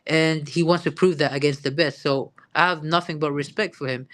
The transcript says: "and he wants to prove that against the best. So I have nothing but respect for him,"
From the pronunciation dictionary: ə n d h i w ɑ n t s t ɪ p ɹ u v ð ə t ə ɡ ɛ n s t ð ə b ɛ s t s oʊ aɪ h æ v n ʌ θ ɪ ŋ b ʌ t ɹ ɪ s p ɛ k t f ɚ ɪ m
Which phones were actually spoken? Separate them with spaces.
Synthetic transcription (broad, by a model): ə n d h i w ɑ n t s t ɪ p ɹ u v ð ə t ə ɡ ɛ n s t ð ə b ɛ s t s oʊ aɪ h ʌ v n ʌ θ ɪ ŋ b ʌ t ɹ ɪ s p ɛ k t f ɚ ɪ m